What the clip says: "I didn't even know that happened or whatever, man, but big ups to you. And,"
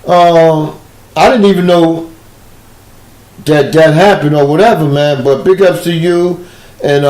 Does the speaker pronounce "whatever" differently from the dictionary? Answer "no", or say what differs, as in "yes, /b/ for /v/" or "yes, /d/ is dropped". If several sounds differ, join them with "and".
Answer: no